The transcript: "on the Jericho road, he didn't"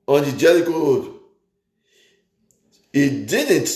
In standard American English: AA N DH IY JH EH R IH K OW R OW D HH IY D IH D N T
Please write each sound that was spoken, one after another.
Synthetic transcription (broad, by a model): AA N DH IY JH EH L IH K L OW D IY D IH D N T